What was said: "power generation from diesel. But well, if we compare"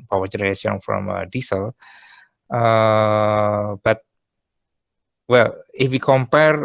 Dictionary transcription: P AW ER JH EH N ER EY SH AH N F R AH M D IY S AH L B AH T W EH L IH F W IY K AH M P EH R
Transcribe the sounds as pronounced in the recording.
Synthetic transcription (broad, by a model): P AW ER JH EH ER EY S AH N F R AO M D IY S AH L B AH T W EH L IH F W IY K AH M P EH R